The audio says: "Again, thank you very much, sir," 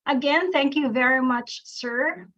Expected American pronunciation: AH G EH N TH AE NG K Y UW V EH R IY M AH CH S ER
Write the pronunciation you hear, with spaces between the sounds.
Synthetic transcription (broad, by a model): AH G EH N TH AE NG K Y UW V EH R IY M AH CH S ER